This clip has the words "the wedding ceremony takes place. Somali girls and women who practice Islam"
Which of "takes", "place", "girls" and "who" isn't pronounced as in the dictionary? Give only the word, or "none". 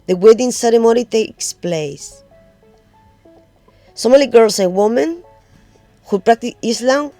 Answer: girls